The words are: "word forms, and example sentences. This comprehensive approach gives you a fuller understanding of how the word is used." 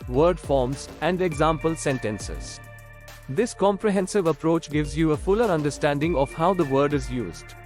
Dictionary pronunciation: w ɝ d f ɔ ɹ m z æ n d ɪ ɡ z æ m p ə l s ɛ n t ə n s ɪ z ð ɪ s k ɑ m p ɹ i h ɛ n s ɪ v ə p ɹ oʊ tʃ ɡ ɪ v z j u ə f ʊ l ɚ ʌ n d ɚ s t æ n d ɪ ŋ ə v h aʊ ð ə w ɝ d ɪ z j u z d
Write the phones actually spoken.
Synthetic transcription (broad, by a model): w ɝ d f ɔ ɹ m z æ n d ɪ ɡ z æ m p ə l s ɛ n t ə n s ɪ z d ɪ s k ɑ m p ɹ i h ɛ n s ɪ v ə p ɹ oʊ tʃ ɡ ɪ v z j u ə f ʊ l ɚ ʌ n d ɚ s t æ n d ɪ ŋ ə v h aʊ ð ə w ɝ d ɪ z j u z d